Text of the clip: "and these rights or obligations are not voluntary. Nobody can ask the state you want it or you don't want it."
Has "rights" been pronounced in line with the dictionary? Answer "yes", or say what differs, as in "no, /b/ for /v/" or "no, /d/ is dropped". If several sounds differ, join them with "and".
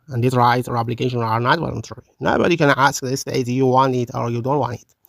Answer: no, /s/ is dropped